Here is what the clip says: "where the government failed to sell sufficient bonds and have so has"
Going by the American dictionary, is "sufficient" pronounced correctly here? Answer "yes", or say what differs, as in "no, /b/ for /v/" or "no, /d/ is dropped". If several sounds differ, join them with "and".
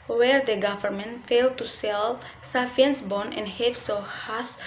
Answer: no, /ʃ/ is dropped